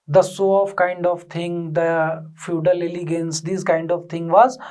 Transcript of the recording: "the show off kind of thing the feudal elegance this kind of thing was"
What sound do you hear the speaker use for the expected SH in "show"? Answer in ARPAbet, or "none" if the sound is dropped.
S